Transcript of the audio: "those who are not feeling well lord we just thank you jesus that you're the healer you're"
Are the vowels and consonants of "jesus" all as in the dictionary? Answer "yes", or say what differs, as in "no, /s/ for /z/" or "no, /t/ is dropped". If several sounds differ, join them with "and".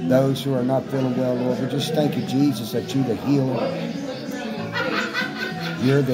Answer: yes